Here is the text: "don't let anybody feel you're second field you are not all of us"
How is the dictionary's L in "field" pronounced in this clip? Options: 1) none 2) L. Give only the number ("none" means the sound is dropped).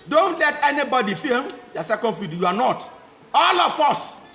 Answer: 1